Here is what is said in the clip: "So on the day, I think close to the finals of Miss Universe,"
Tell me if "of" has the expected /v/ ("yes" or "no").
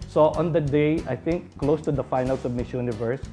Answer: no